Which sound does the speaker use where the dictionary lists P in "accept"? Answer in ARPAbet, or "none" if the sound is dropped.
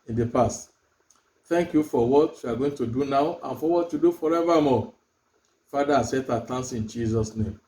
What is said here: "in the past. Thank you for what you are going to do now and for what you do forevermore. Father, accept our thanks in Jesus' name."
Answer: none